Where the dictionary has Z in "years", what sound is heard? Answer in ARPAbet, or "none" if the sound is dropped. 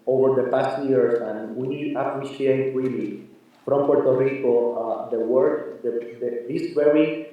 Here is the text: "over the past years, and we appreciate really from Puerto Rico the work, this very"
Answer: S